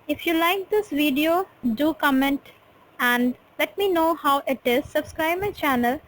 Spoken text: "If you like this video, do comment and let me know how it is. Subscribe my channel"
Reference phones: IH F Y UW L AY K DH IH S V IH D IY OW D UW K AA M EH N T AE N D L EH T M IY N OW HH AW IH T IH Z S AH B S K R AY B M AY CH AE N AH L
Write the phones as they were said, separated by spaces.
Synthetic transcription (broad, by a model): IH F Y UW L AY K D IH S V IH D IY OW D UW K AA M EH N T AE N D L EH T M IY N OW HH AW IH T IH Z S AH B S K R AY B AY CH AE N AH L